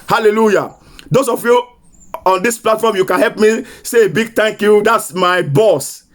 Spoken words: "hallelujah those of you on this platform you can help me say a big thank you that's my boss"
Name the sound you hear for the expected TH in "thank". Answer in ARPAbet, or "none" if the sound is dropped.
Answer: T